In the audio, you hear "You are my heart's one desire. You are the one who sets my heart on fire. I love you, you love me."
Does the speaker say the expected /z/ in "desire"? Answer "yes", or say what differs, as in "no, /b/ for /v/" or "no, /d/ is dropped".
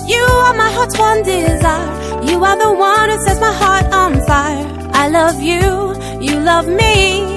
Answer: yes